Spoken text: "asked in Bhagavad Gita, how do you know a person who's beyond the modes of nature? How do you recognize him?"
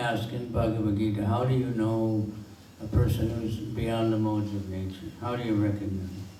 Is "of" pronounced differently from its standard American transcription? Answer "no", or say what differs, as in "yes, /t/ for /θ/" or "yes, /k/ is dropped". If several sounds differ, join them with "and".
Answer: no